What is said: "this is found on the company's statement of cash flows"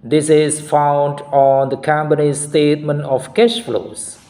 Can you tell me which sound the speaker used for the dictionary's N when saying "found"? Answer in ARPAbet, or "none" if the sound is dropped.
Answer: N